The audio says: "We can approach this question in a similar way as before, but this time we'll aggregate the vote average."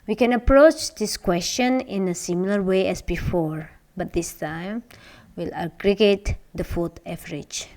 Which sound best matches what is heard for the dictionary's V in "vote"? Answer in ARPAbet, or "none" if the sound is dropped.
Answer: F